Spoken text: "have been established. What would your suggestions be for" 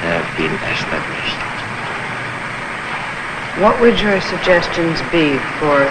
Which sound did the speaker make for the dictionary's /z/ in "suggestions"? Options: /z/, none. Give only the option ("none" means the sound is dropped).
/z/